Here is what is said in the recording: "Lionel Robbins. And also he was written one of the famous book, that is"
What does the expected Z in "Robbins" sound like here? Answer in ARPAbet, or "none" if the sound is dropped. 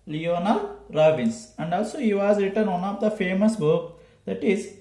S